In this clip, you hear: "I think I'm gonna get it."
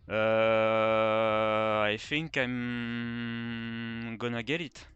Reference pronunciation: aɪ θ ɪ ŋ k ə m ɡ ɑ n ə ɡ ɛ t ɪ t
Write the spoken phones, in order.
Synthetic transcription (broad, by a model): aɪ f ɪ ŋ k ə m ɡ ɑ n ə ɡ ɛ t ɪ t